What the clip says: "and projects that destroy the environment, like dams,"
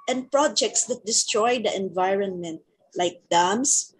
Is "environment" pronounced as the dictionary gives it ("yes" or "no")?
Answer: yes